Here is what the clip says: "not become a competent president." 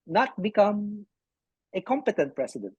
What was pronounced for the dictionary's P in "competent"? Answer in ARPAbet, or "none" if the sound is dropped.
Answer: P